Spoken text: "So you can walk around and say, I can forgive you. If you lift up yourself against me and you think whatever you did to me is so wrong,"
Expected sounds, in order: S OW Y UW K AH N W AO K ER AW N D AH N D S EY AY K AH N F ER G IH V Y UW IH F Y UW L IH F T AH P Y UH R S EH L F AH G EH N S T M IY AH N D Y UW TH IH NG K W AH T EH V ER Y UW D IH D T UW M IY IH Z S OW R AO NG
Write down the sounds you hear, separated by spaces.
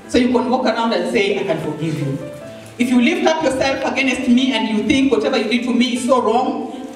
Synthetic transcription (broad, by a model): S OW Y UW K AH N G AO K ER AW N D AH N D S EY AY K AH N F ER G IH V Y UW IH F Y UW L IH F T AH P Y UH R S EH L F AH G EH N S T M IY AH N D Y UW TH IH NG K W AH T EH V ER Y UW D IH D T UW M IY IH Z S OW R AO NG